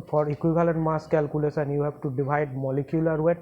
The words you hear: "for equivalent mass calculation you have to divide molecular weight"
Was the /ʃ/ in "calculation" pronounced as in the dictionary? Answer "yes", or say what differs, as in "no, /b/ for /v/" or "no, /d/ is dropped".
no, /s/ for /ʃ/